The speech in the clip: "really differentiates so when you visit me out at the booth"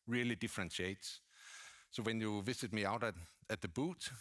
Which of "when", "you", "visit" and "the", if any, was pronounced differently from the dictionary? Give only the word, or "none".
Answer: visit